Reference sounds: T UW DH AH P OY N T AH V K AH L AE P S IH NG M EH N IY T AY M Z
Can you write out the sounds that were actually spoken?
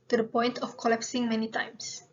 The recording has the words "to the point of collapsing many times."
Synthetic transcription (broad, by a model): T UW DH AH P OY N T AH F K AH L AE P S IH NG M EH N IY T AY M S